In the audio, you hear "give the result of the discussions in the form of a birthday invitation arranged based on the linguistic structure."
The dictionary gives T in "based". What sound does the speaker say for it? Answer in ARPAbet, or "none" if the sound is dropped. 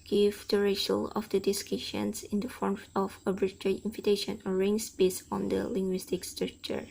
none